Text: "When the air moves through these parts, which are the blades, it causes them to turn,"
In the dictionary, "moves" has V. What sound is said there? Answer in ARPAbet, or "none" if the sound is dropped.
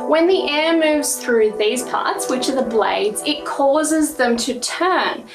V